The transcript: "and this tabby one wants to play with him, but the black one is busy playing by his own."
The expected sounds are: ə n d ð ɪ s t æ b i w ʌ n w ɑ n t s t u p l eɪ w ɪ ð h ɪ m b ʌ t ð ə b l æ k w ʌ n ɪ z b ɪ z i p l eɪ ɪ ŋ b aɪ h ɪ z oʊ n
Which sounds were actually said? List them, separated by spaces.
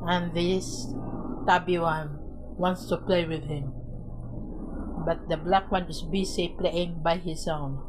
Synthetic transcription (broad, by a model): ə n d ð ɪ s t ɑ b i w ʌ n w ɑ n t s t u p l eɪ w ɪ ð h ɪ m b ʌ t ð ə b l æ k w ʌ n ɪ s b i s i p l eɪ ɪ ŋ b aɪ h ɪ s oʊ n